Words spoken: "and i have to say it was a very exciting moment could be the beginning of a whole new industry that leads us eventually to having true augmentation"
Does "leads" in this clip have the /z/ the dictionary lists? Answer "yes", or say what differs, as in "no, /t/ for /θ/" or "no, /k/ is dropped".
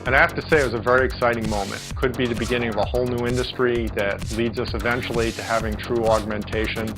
yes